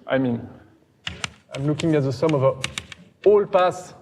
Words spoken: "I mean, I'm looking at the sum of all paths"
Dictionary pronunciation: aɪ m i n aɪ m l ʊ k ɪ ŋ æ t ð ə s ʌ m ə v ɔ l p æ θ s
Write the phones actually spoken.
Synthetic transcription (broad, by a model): aɪ m i n aɪ m l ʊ k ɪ ŋ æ t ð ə s ʌ m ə v ɔ l p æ s